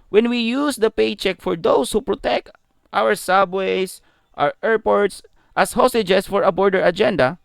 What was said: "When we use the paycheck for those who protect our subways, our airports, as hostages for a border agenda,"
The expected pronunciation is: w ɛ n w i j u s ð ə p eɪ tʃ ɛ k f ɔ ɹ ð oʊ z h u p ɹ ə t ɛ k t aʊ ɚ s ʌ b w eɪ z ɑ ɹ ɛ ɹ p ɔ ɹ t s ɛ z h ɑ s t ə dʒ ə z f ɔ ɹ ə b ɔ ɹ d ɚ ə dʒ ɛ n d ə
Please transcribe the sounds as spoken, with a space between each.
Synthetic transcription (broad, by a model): w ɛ n w i j u s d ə p eɪ tʃ ɛ k f ɔ ɹ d oʊ s h u p ɹ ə t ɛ k t aʊ ɚ s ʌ b w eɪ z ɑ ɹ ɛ ɹ p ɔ ɹ t s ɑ s h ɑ s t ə dʒ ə s f ɔ ɹ ə b ɔ ɹ d ɚ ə dʒ ɛ n d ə